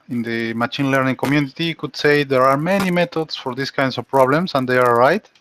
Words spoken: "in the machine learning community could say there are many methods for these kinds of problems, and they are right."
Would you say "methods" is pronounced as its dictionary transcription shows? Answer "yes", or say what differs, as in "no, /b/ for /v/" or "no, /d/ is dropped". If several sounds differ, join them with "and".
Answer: no, /t/ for /θ/ and /s/ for /z/